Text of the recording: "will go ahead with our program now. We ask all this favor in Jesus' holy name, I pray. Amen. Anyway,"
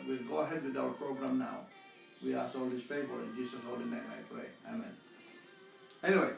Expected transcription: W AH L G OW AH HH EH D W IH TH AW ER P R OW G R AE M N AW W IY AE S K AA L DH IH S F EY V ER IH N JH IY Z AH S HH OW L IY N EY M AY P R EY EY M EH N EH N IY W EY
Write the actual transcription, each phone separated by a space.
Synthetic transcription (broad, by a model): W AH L G OW AH HH EH D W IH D AW ER P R OW G R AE M N AW W IY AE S AA L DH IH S P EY P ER IH N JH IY S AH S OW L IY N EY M AY P R EY EY M EH N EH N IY W EY